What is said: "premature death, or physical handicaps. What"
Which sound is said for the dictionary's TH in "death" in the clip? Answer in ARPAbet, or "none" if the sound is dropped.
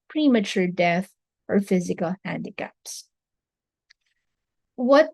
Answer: TH